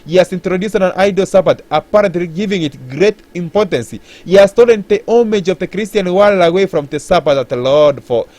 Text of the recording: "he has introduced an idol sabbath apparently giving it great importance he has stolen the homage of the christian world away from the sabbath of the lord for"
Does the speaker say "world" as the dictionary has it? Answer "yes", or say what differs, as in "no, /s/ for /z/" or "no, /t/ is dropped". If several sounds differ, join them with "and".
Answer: no, /d/ is dropped